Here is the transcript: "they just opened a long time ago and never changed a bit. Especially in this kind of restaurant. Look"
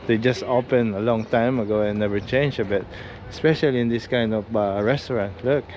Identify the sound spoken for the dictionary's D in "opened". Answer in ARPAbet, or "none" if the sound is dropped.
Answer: none